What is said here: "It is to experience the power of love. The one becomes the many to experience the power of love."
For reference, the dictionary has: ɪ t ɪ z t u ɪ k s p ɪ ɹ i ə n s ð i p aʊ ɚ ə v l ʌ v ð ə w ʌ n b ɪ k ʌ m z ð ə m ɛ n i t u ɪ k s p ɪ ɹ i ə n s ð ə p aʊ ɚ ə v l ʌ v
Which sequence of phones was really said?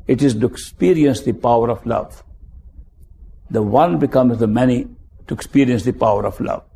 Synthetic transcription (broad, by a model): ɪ t ɪ z t u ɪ k s p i ɹ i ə n s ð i p aʊ ɚ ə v l ʌ v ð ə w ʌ n b ɪ k ʌ m z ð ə m ɛ n i t u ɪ k s p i ɹ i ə n s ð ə p aʊ ɚ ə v l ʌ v